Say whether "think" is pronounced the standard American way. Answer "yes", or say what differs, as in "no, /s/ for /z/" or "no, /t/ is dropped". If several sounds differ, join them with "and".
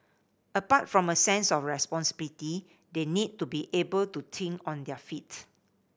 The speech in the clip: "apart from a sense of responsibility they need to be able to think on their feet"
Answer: no, /t/ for /θ/